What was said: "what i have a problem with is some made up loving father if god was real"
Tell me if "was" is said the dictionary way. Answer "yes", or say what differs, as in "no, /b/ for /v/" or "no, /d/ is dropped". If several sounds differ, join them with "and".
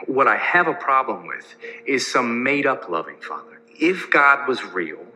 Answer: yes